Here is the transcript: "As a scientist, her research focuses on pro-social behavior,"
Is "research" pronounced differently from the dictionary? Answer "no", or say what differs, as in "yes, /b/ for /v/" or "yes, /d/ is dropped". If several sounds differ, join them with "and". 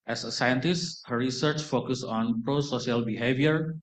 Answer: no